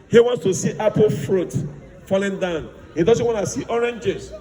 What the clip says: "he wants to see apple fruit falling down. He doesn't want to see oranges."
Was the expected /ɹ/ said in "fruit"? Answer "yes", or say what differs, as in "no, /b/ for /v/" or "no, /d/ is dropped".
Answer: yes